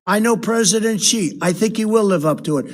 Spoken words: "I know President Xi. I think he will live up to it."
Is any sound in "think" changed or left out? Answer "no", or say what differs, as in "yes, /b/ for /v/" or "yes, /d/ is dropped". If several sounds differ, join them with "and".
no